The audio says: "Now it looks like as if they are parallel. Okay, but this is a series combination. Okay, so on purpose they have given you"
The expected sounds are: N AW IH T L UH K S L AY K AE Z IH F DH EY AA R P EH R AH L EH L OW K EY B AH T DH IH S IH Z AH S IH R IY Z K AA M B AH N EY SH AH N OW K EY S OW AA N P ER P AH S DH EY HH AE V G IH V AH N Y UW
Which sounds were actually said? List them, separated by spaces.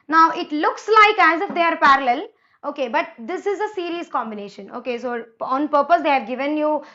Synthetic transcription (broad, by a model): N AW IH T L UH K S L AY K AE Z IH F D EY AA R P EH R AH L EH L OW K EY B AH T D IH S IH Z AH S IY R IY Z K AA M B AH N EY SH AH N OW K EY S OW AA N P ER P AH S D EY HH AE V G IH V AH N Y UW